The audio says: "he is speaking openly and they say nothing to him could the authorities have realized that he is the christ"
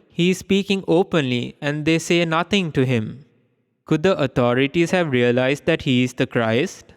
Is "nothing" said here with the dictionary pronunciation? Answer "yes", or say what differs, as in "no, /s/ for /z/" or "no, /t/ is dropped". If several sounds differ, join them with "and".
no, /t/ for /θ/